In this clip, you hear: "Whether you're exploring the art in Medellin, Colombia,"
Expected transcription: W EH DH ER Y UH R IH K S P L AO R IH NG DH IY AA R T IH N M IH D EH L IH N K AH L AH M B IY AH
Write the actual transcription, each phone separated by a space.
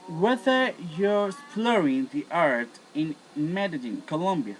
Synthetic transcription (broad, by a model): W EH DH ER Y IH S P L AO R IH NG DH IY AA R T IH N M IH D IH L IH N K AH L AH M B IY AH